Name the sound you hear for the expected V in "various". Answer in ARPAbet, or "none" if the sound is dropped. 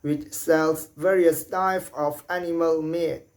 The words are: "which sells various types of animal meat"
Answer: V